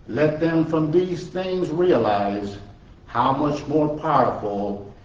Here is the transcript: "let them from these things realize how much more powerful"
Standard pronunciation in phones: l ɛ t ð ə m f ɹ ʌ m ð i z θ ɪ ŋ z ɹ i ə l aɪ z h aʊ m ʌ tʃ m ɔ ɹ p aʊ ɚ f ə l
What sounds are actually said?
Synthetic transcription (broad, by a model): l ɛ t ð ə m f ɹ ʌ m ð i z θ ɪ ŋ z ɹ i ə l aɪ z h aʊ m ʌ tʃ m ɔ ɹ p aʊ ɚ f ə l